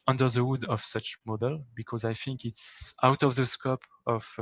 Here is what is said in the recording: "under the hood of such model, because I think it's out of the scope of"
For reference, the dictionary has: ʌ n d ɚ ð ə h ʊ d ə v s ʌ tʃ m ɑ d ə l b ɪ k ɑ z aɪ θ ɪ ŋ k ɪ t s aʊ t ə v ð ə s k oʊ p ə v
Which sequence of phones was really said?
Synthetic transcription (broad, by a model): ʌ n d ɚ ð ə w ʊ d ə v s ʌ tʃ m ɑ d ə l b ɪ k ɑ z aɪ θ ɪ ŋ k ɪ t s aʊ t ə v ð ə s k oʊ p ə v